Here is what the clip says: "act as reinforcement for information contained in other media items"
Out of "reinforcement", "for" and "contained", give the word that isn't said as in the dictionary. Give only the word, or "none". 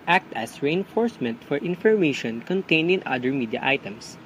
contained